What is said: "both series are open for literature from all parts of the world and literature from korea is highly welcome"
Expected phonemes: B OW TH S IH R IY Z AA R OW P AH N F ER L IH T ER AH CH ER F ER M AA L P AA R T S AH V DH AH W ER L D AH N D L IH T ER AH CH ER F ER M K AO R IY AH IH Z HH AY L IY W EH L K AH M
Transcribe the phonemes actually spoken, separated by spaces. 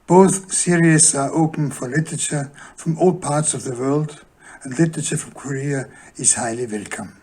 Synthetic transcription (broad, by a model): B OW TH S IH R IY S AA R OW P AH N F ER L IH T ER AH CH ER F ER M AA L P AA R T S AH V DH AH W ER L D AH N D L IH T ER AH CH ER F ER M K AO R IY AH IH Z HH AY L IY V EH L K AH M